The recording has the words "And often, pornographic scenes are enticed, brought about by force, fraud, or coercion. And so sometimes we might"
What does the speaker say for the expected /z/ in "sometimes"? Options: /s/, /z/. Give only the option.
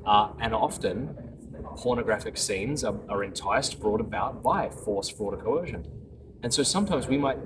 /z/